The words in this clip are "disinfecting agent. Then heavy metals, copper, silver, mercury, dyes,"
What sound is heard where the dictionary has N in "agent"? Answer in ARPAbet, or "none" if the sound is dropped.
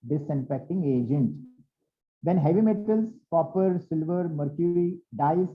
N